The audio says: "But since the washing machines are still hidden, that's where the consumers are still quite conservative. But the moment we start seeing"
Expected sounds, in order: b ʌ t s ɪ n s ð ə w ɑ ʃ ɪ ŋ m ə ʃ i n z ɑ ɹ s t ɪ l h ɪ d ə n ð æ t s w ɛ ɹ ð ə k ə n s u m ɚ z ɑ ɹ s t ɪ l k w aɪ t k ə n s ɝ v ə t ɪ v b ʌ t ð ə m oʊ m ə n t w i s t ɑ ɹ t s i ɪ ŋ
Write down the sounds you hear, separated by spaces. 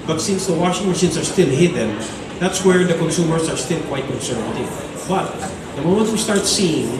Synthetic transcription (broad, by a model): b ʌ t s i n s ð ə w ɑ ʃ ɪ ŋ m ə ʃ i n s ɑ ɹ s t ɪ l h ɪ d ə n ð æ t s w ɛ ɹ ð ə k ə n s u m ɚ s ɑ ɹ s t ɪ l k w aɪ t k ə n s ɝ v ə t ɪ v b ʌ t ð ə m oʊ m ə n t w i s t ɑ ɹ t s i ɪ ŋ